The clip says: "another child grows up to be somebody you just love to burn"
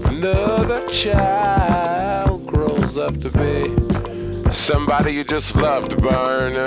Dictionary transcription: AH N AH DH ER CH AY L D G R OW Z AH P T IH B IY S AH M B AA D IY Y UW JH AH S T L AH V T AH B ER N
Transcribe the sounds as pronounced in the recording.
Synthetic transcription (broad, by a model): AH N AH DH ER CH AY L D G R OW Z AH P T IH B IY S AH M B AA D IY Y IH JH AH S T L AH V B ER N